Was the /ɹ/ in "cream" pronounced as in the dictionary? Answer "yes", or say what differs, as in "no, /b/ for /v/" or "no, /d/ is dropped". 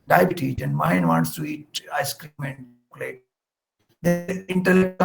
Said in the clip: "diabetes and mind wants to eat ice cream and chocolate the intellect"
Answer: yes